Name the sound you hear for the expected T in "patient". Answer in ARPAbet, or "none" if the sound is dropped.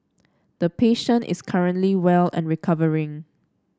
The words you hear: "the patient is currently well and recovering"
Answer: T